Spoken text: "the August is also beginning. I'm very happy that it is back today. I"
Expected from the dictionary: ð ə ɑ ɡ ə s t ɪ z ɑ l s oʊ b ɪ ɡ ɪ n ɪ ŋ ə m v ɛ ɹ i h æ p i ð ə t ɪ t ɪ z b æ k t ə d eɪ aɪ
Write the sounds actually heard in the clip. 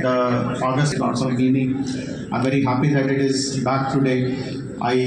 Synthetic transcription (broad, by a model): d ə ɑ ɡ ə s t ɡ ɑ n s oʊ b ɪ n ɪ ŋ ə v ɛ ɹ i h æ p i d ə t ɪ t ɪ z b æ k t ə d eɪ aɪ